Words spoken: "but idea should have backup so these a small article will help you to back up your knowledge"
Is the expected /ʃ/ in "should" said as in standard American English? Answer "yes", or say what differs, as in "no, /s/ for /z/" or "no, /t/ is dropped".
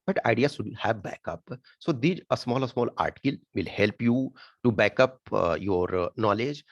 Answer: no, /s/ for /ʃ/